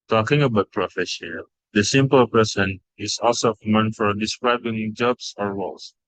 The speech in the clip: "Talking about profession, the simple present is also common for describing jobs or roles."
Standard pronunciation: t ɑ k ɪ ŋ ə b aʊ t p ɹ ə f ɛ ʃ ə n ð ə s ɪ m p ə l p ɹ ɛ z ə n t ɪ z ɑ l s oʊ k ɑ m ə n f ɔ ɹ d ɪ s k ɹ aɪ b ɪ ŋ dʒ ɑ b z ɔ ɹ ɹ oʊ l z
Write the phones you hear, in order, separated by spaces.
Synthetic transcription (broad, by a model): t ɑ k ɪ ŋ ə b aʊ t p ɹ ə f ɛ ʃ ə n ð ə s ɪ m p ə l p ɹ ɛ s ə n ɪ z ɑ l s oʊ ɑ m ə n f ɔ ɹ d ɪ s k ɹ aɪ b ɪ ŋ dʒ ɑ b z ɔ ɹ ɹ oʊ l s